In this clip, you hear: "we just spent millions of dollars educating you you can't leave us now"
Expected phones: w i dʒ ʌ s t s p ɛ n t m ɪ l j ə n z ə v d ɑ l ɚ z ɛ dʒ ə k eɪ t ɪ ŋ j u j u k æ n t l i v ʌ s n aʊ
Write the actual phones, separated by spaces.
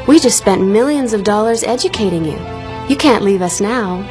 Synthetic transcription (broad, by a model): w i dʒ ʌ s t s p ɛ n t m ɪ l j ə n z ə v d ɑ l ɚ z ɛ dʒ ə k eɪ t ɪ ŋ j u j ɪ k æ n t l i v ʌ s n aʊ